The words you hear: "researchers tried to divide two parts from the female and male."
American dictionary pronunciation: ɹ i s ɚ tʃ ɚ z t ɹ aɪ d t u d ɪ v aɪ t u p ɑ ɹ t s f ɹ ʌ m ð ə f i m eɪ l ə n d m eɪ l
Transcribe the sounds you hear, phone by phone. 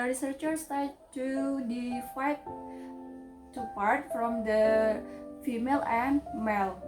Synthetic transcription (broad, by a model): ɹ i s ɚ tʃ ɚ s t aɪ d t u d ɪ f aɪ t u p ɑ ɹ t f ɹ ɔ m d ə f i m eɪ l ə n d m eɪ l